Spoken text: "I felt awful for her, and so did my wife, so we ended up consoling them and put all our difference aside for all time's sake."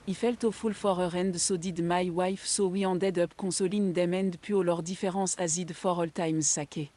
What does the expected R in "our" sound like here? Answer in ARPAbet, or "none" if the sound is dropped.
R